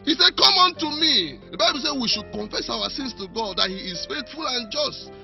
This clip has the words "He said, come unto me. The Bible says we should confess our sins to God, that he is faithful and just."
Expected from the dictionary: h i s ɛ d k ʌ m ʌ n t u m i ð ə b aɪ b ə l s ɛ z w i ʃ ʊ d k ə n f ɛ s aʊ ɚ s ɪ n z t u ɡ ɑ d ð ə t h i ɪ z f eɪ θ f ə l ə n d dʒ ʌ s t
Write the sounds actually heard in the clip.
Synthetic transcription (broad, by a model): h i s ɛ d k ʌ m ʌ n t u m i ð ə b aɪ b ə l s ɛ w i ʃ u d k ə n f ɛ s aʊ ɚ s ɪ n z t u ɡ ɑ d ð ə t h i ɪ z f eɪ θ f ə l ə n dʒ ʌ s t